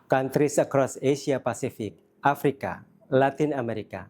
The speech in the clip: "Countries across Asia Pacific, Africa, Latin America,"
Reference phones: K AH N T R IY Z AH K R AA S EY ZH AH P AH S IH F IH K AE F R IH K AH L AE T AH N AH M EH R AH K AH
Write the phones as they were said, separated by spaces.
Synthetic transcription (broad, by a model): K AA N T R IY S AH K R AA S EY S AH P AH S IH F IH K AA F R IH K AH L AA T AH N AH M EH R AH K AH